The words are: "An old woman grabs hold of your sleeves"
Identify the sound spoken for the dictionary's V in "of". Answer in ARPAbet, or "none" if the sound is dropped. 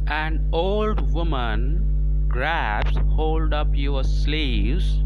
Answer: P